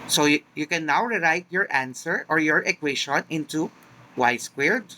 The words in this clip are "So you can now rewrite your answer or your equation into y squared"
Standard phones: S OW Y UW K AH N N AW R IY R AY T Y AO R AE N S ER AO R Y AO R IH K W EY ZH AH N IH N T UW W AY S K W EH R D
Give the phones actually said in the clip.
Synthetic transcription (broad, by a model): S OW Y UW K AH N N AW R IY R AY T Y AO R AE N S ER AO R Y AO R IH K W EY SH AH N IH N T UW W AY S K W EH R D